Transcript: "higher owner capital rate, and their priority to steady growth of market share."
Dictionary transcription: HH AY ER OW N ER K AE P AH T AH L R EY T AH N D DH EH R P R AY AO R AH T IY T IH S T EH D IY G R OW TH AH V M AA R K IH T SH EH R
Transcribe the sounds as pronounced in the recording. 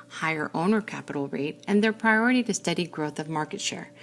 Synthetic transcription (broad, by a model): HH AY ER OW N ER K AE P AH T L R EY T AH N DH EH R P R AY AO R AH T IY T IH S T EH D IY G R OW TH AH V M AA R K IH T SH EH R